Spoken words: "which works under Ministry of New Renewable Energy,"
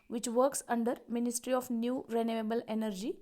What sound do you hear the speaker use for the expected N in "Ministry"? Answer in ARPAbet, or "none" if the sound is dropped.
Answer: N